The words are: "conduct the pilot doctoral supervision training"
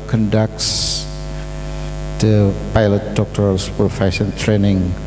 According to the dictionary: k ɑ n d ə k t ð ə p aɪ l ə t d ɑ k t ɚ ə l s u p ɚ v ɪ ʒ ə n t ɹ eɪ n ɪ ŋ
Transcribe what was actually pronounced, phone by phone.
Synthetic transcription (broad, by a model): k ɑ n d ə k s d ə p aɪ l ə t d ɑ k t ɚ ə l s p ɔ f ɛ s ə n t ɹ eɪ n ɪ ŋ